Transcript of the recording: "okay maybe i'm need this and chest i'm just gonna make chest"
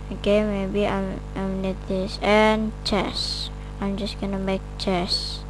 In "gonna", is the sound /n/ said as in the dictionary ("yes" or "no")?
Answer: yes